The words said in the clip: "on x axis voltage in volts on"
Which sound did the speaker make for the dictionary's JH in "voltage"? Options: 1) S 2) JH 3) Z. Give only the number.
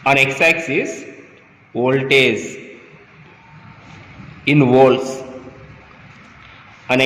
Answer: 3